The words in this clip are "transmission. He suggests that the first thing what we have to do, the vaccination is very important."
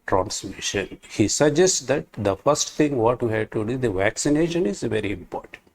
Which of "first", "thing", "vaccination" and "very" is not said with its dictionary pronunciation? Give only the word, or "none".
thing